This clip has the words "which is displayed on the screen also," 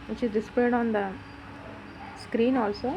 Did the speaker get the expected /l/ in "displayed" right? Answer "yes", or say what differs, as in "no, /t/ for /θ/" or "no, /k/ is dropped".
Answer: no, /l/ is dropped